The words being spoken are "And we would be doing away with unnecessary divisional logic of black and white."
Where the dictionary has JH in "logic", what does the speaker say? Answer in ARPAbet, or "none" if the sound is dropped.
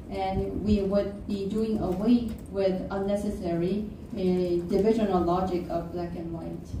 JH